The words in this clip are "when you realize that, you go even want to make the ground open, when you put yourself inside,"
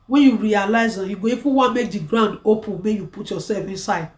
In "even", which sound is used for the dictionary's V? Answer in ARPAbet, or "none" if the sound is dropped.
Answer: F